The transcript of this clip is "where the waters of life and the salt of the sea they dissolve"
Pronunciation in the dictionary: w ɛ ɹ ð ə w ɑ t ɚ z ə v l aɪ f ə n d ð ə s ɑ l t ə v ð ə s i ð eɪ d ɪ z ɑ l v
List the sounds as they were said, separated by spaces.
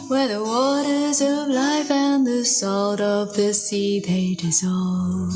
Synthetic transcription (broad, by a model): w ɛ ɹ ð ə w ɑ t ɚ z ə v l aɪ f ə n ð ə s ɑ l t ə v ð ə s i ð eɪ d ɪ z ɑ l